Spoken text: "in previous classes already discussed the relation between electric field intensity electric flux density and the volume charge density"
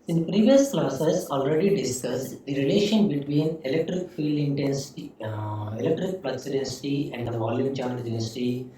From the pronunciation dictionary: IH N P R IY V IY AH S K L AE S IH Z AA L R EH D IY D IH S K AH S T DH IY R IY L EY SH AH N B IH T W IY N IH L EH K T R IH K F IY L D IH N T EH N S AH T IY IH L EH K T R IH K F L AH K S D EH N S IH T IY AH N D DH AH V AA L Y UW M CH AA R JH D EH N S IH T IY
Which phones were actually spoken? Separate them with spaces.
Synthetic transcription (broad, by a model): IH N P R IY V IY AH S K L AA S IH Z AA L R EH D IY D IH S K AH S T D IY R IY L EY SH AH N B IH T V IY N IH L EH K T R IH K F IY L D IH N T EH N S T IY IH L EH K T R IH K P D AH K S D EH N S IH T IY AH N D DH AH V AA L Y UW M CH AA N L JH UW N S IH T IY